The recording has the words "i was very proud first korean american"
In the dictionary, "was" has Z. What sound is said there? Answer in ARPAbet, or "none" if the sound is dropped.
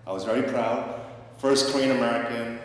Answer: Z